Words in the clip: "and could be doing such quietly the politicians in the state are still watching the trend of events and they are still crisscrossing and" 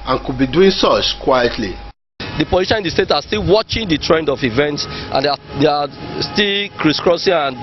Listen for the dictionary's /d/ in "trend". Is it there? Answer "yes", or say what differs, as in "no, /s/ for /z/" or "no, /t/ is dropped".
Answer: yes